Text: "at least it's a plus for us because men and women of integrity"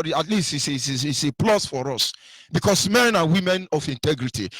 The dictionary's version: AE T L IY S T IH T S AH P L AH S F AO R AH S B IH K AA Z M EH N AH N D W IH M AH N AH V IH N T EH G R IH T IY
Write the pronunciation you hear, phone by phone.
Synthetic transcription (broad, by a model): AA T L IY S T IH S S AH P L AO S F AO R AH S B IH K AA S M EH N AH N W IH M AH N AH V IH N T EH G R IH T IY